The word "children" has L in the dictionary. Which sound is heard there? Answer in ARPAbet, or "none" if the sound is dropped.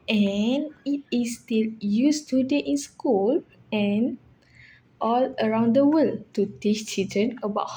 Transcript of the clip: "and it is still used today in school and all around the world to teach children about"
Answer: none